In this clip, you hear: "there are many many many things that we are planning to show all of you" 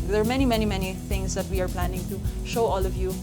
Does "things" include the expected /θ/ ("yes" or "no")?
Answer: no